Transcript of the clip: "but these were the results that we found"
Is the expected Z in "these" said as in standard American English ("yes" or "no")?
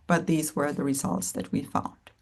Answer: yes